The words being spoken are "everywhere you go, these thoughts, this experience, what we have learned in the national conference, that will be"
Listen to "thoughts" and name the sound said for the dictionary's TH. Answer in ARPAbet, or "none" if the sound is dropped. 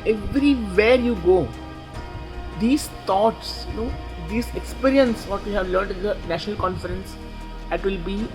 T